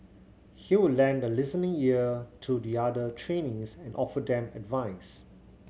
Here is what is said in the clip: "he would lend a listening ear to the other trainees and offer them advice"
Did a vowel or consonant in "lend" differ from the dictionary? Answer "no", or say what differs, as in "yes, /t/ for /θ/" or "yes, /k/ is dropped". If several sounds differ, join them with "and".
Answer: no